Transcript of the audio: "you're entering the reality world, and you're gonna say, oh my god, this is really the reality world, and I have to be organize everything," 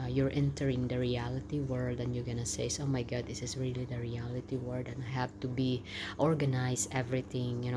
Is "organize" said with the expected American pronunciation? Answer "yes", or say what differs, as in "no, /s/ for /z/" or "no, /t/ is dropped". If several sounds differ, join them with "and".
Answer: no, /s/ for /z/